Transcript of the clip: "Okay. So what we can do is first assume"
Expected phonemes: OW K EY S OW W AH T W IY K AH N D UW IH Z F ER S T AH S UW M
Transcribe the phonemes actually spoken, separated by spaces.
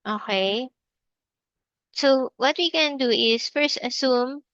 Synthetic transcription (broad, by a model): OW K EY S OW W AH T W IY K AH N D UW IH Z F ER S T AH S UW M